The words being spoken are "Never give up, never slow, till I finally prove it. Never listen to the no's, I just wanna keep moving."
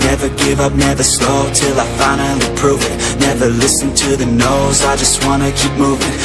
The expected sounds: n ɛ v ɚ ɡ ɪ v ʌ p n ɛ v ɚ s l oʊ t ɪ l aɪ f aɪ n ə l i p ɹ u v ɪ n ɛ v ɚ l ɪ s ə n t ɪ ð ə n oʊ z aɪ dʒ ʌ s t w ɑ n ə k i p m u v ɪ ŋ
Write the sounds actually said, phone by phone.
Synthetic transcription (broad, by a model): n ɛ v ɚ ɡ ɪ v ʌ p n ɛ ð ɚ s l oʊ t ɪ l aɪ f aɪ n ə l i p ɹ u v ɪ n ɛ v ɚ l ɪ s n t ɪ ð ə n oʊ z aɪ dʒ ʌ s t w ɑ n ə k i p m u v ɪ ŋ